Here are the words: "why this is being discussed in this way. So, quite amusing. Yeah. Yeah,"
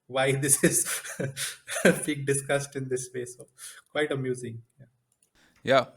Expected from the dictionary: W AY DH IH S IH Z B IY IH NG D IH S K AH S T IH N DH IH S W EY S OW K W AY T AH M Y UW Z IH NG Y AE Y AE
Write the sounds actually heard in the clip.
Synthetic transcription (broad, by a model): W AY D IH S IH Z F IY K D IH S K AH S T IH N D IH S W EY S OW K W AY T AH M Y UW Z IH NG Y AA Y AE